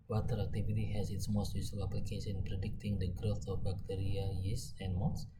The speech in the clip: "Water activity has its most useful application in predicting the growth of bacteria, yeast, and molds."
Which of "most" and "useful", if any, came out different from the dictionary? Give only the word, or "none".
useful